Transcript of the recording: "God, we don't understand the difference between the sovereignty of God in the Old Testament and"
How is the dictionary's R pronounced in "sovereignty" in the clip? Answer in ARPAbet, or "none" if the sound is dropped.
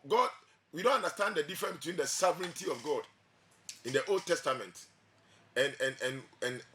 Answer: R